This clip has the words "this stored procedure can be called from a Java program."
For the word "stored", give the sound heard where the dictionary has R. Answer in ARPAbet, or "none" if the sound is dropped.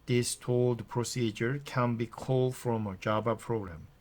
L